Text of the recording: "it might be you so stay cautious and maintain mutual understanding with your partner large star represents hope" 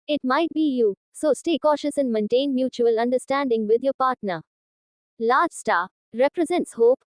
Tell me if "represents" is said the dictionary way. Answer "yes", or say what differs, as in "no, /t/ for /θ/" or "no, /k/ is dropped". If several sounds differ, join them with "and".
yes